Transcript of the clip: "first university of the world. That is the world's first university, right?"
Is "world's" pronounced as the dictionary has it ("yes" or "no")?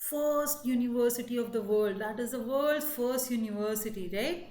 no